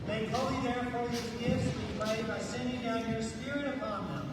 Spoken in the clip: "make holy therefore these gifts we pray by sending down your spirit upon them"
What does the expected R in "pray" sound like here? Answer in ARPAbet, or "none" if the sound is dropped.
L